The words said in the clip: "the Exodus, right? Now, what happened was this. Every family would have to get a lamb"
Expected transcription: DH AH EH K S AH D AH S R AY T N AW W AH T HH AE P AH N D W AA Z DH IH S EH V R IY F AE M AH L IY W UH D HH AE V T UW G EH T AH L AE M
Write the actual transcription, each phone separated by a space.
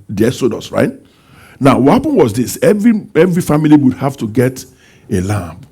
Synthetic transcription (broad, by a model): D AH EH S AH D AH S R AY T N AW W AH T HH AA P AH N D W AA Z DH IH S EH V R IY F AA M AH L IY W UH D HH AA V T UW G EH T AH L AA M